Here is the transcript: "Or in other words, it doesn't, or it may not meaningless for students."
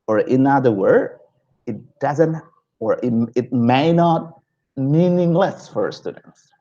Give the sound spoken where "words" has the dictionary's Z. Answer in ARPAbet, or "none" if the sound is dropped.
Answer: none